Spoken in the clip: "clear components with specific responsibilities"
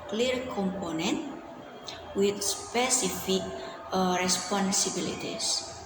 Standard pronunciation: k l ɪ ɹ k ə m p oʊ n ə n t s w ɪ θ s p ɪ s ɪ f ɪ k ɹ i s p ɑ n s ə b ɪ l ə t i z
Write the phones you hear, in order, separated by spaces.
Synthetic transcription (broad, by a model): k l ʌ ɹ k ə m p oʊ n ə n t w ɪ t s p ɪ s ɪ f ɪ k ɹ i s p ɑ n s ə b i l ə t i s